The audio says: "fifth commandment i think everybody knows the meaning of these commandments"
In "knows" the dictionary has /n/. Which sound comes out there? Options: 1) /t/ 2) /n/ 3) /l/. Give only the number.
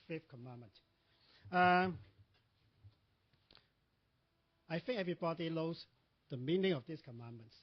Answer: 3